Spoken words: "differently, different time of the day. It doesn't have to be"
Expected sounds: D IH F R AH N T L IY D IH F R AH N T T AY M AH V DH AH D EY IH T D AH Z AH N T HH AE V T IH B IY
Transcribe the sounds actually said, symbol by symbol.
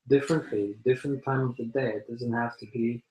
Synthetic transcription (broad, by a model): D IH F R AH N T L IY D IH F R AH N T T AY M AH V DH AH D EY IH T D AH Z AH N T HH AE F T IH B IY